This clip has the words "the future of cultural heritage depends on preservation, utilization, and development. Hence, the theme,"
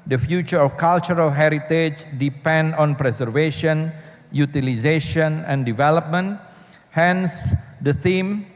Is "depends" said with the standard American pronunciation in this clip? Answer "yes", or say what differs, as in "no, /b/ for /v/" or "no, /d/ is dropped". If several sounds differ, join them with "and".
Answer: no, /z/ is dropped